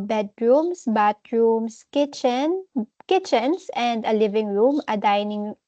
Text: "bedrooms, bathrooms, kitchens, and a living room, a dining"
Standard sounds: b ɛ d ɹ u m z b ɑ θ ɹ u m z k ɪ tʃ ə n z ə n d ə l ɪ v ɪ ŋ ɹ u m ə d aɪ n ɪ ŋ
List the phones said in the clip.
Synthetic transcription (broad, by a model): b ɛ d ɹ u m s b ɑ t ɹ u m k k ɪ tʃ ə n s ə n d ə l ɪ v ɪ ŋ ɹ u m ə d aɪ n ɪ ŋ